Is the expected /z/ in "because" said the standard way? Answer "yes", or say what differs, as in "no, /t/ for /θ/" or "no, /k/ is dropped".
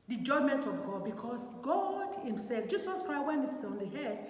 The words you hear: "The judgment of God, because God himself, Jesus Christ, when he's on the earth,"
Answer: no, /s/ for /z/